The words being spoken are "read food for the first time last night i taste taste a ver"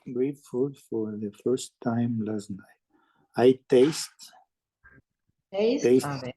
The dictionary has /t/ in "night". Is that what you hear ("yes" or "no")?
no